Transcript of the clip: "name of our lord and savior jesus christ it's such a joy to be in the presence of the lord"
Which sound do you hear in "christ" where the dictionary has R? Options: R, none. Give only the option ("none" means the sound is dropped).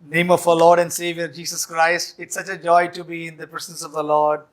R